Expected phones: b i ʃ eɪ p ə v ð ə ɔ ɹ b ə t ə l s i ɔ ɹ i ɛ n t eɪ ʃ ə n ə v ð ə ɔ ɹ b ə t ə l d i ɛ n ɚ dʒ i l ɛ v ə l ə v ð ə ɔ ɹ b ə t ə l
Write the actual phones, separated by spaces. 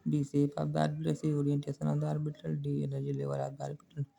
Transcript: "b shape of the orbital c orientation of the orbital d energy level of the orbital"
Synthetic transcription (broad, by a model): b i s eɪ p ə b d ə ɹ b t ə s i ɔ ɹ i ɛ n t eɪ s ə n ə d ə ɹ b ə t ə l d i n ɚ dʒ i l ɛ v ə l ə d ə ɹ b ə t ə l